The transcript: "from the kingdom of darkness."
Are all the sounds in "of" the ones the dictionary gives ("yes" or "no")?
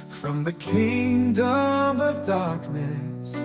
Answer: yes